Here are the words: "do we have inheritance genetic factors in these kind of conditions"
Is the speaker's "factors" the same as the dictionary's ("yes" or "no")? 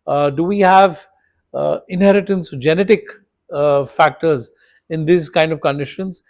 yes